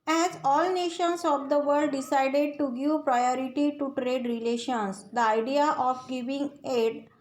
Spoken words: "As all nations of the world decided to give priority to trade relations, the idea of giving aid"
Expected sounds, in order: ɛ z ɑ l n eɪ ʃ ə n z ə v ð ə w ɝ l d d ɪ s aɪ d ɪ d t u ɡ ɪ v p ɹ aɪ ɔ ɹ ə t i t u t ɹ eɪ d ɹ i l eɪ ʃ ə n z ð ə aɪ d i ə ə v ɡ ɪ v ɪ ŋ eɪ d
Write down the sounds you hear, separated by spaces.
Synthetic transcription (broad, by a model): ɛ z ɑ l n eɪ ʃ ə n s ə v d ə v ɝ d d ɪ s aɪ d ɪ d t u ɡ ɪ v p ɹ aɪ ɔ ɹ ə t i t u t ɹ eɪ d ɹ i l eɪ ʃ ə n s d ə aɪ d i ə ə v ɡ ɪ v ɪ ŋ eɪ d